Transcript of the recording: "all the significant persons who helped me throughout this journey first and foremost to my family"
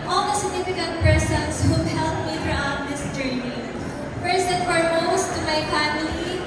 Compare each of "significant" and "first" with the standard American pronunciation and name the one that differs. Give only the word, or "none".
first